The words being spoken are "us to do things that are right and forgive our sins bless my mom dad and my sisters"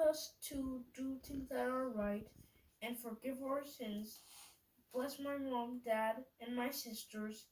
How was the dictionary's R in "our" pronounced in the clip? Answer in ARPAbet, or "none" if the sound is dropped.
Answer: R